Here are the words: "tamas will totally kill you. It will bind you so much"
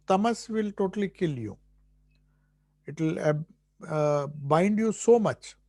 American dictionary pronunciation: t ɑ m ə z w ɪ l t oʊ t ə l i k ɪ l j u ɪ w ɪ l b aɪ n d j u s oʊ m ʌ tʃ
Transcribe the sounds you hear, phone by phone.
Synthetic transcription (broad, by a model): t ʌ m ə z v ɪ l t oʊ t ə l i k ɪ l j u ɪ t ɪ l b aɪ n d j u s oʊ m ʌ tʃ